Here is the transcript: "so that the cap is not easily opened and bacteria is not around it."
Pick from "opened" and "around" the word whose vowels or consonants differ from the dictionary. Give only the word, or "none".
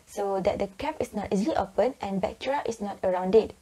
opened